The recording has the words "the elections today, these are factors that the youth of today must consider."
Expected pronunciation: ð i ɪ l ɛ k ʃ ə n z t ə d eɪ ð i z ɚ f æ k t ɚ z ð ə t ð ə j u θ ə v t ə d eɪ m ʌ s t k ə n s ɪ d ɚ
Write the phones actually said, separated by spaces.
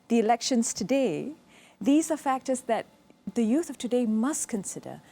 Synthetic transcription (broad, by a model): ð i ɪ l ɛ k ʃ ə n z t ə d eɪ ð i z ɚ f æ k t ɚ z ð ə t ð ə j u θ ə v t ə d eɪ m ʌ s t k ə n s ɪ d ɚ